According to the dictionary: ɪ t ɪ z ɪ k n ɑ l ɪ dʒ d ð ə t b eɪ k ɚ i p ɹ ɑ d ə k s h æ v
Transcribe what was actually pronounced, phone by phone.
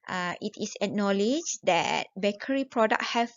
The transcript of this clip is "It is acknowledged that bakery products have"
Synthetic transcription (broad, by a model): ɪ t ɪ s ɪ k n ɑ l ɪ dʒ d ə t b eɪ k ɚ i p ɹ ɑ d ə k h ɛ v